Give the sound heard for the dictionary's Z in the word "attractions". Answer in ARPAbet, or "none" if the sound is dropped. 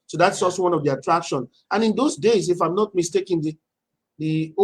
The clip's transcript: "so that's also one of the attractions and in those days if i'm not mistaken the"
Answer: none